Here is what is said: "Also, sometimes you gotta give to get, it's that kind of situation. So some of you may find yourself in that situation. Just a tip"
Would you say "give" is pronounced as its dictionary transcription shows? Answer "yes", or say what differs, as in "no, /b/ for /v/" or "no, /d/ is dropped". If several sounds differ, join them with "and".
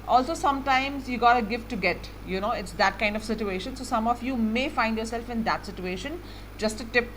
no, /f/ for /v/